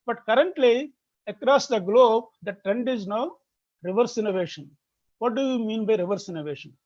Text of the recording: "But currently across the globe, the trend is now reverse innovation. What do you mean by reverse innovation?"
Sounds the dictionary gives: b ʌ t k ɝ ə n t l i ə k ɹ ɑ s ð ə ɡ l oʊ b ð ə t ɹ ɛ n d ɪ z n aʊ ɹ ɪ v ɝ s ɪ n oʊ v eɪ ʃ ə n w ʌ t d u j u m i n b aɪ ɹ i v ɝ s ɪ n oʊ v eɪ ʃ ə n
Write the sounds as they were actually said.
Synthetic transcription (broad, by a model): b ʌ t k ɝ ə n t l i ə k ɹ ɑ s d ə ɡ l oʊ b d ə t ɹ ɛ n d ɪ z n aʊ ɹ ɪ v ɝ s ɪ n oʊ v eɪ ʃ ə n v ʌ t d u j u m i n b aɪ ɹ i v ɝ s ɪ n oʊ v eɪ ʃ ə n